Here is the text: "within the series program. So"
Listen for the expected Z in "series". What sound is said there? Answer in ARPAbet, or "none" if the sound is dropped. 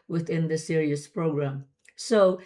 S